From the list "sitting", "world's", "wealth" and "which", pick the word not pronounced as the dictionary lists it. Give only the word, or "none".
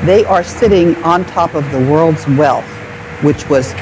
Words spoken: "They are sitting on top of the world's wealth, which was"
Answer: none